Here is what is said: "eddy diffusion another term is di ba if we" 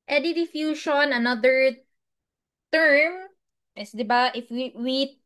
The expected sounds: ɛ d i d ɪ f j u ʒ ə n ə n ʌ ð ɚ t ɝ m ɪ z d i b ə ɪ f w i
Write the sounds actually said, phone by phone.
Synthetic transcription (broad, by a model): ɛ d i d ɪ f j u ʃ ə n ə n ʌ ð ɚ t ɝ m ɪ s d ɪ b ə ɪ f w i